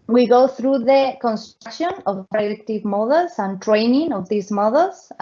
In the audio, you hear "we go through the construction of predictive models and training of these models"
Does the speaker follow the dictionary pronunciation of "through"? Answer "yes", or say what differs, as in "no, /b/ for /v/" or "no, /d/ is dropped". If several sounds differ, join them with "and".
yes